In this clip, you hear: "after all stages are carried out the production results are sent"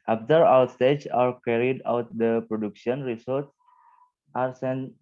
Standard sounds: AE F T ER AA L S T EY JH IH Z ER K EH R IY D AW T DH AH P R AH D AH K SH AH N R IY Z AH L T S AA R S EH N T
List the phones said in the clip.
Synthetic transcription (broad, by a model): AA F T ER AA W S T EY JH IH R K EH R IY D AW T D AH P R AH D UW K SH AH N R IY S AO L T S AA R S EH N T